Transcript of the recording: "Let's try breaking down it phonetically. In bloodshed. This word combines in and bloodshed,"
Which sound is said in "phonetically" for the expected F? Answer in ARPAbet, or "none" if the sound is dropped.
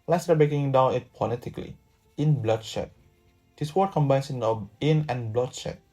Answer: P